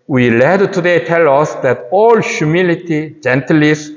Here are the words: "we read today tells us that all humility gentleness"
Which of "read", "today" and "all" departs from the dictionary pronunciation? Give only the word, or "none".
read